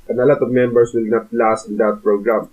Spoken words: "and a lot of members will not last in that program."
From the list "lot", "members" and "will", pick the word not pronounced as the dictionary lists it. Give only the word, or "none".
members